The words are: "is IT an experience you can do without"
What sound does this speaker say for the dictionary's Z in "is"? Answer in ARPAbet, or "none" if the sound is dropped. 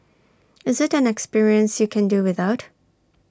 Z